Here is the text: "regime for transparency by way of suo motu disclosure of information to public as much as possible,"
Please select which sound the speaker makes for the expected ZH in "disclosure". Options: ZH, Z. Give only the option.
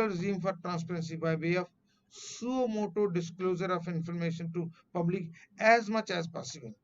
Z